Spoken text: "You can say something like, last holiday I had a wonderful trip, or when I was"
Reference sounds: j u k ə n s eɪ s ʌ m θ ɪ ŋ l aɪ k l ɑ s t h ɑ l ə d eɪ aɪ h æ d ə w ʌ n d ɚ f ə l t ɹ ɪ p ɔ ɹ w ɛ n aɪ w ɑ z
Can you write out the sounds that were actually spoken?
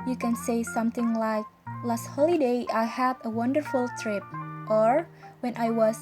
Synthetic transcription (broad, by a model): j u k ə n s eɪ s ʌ m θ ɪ ŋ l aɪ k l ɑ s t h ɑ l ə d eɪ aɪ h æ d ə w ʌ n d ɚ f ə l t ɹ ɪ p ɔ ɹ w ɛ n aɪ w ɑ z